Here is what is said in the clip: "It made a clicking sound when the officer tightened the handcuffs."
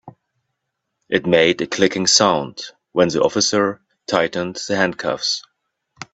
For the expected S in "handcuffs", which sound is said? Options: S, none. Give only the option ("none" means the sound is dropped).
S